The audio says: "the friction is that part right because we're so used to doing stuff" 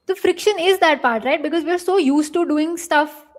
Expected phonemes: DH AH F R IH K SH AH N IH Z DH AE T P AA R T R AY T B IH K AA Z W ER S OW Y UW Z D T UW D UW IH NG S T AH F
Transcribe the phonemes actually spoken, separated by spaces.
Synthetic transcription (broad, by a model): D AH F R IH K SH AH N IH Z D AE T P AA R T R AY T B IH K AA Z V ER S OW Y UW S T T UW D UW IH NG S T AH F